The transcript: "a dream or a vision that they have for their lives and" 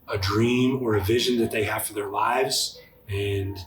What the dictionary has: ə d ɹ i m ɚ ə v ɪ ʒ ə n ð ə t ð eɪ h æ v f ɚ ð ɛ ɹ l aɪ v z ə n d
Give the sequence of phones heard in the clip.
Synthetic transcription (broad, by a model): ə d ɹ i m ɚ ə v ɪ ʒ ə n ð ə t ð eɪ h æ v f ɚ ð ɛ ɹ l aɪ v z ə n